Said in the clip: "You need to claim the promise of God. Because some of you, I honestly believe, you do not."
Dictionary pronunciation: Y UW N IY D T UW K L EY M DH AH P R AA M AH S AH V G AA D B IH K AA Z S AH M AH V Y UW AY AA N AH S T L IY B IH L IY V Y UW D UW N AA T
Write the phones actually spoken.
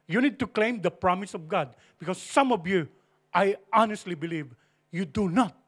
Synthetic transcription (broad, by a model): Y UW N IY D T UW K L EY M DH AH P R AA M AH S AH V G AA D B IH K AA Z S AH M AH V Y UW AY AA N AH S T L IY B IH L IY V Y UW D UW N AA T